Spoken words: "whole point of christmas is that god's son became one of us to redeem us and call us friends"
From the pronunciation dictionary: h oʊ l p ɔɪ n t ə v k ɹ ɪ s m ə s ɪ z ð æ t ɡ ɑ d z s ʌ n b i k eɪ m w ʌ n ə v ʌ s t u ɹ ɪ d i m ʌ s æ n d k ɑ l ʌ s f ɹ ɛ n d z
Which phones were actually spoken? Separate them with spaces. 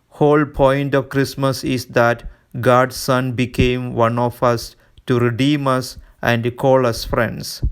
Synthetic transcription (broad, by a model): h oʊ l p ɔɪ n t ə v k ɹ ɪ s m ə s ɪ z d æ t ɡ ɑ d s s ʌ n b i k eɪ m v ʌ n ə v ʌ s t u ɹ ɪ d i m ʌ s æ n d k ɑ l ʌ s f ɹ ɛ n d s